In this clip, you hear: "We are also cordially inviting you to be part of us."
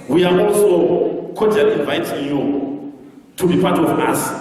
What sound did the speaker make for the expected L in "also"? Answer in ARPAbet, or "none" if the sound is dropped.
L